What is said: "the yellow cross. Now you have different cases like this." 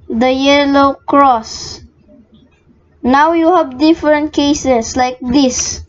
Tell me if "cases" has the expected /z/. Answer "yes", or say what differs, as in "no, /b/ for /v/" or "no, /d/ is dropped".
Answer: no, /s/ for /z/